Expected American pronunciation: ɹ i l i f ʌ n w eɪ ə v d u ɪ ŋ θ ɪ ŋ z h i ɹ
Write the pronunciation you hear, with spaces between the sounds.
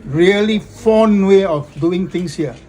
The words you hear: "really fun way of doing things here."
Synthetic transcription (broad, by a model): ɹ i l i f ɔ n w eɪ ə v d u ɪ ŋ t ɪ ŋ s h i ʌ